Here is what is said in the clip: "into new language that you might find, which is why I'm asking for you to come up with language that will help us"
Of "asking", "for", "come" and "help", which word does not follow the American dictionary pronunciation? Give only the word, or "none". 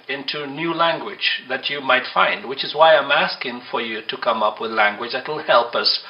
none